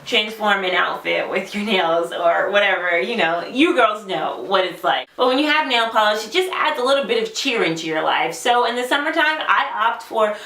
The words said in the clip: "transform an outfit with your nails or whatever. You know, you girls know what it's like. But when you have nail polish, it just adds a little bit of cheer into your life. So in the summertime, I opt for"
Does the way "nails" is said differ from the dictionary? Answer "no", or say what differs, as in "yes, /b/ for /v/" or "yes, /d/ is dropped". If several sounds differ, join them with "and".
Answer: no